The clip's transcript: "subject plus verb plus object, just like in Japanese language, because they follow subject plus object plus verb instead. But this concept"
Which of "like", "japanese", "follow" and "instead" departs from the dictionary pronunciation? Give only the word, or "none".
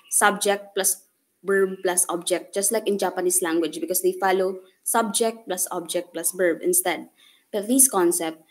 japanese